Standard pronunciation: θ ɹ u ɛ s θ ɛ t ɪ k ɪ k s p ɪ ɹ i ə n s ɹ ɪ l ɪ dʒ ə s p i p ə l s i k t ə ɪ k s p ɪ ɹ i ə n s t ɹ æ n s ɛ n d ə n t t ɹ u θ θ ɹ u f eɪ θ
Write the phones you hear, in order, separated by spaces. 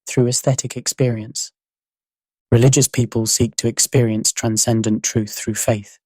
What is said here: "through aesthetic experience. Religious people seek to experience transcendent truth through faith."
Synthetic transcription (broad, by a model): θ ɹ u ɛ s θ ɛ t ɪ k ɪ k s p ɪ ɹ i ə n s ɹ ɪ l ɪ dʒ ə s p i p ə l s i k t ə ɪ k s p ɪ ɹ i ə n s t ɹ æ n s ɛ n d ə n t t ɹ u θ θ ɹ u f eɪ θ